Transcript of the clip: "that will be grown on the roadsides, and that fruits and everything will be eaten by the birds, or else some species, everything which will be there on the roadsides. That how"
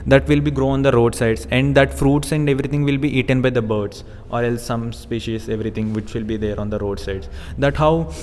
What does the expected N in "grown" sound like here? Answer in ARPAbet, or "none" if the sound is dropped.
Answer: none